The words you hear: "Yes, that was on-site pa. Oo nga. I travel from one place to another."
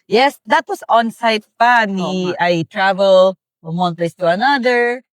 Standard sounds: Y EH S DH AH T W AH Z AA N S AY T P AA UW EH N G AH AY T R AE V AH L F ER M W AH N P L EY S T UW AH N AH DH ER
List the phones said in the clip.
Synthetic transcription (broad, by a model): Y EH S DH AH T W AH S AA N S AY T P AA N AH AY T R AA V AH L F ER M W AH N P L EY S T UW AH N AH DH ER